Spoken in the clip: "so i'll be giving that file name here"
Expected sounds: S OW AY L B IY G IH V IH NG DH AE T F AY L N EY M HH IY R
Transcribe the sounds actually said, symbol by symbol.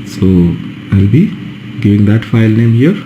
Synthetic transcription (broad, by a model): S OW AY L B IY G IH V IH NG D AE T F AY L N EY M HH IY R